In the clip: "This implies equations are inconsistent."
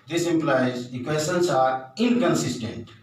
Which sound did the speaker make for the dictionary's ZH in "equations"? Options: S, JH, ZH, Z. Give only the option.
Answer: S